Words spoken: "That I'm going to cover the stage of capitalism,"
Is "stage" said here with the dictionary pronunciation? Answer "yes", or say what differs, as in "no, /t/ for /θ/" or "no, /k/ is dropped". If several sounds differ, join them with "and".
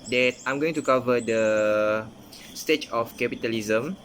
no, /tʃ/ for /dʒ/